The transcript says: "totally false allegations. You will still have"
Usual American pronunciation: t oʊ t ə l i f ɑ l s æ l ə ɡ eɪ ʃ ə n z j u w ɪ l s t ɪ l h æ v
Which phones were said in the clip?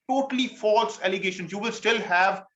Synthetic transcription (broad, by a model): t oʊ t ə l i f ɑ l s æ l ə ɡ eɪ ʃ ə n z j u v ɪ l s t ɪ l h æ v